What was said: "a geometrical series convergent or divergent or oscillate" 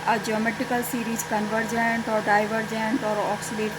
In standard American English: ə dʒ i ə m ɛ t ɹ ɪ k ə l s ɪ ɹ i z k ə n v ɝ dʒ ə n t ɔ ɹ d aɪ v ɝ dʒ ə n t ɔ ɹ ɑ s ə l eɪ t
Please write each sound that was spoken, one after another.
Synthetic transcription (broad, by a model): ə dʒ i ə m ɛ t ɪ k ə l s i ɹ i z k ə n v ɝ dʒ ə n t ɔ ɹ d aɪ v ɝ dʒ ə n t ɔ ɹ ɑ s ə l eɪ t